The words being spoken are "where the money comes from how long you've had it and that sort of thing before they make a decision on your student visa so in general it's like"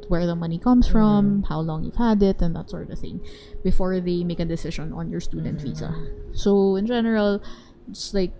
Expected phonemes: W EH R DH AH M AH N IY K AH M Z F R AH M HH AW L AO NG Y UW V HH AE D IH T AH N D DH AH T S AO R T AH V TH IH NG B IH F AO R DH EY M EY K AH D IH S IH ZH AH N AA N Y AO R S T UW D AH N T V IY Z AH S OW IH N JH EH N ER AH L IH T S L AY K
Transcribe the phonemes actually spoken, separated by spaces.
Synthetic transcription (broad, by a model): W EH R DH AH M AH N IY K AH M S F R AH M HH AW L AO NG Y UW V HH AE D IH T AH N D DH AH T S AO R T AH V TH IH NG B IH F AO R DH EY M EY K AH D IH S IH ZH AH N AA N Y AO R S T UW D AH N T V IY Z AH S OW IH N JH EH N ER AH L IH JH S L AY K